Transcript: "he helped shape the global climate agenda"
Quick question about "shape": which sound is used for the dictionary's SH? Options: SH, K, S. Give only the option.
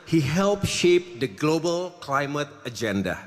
SH